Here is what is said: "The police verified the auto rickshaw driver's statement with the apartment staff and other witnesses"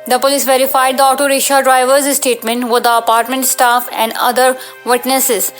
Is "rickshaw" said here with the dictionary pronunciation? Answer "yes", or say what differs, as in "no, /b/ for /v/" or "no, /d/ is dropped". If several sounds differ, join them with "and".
no, /k/ is dropped